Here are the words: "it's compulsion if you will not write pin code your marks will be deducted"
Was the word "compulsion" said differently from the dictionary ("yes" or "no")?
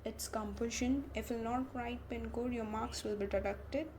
yes